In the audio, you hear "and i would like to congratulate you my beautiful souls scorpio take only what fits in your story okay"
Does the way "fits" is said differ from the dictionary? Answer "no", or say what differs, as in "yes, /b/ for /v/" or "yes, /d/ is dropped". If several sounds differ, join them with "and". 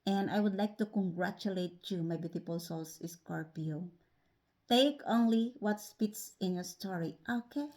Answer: yes, /p/ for /f/